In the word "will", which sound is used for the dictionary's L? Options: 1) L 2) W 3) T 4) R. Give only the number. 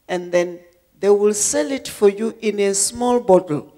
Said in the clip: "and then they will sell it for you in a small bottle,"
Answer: 1